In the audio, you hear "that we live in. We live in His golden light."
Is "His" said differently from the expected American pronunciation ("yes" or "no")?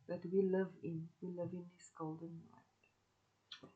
yes